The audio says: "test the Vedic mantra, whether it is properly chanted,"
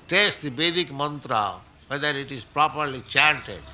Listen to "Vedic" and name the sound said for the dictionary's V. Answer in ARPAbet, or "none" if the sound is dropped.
B